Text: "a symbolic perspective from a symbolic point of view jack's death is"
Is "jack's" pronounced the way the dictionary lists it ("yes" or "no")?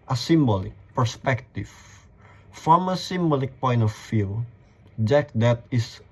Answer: no